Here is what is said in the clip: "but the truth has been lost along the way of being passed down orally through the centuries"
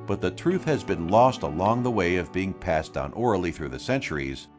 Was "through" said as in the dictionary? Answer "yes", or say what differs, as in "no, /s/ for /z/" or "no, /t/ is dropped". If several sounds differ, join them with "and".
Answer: yes